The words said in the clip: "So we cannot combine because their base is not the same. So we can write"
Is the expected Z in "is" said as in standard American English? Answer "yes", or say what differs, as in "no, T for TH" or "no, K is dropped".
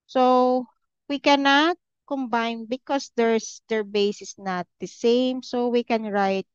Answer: no, S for Z